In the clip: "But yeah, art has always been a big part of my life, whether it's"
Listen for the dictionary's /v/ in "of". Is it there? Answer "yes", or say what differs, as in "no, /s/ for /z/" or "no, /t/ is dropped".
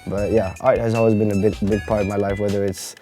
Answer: yes